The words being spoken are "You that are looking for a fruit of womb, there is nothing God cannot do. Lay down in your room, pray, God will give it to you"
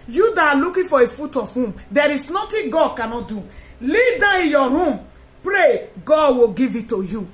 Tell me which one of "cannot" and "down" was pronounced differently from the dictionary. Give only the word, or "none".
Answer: down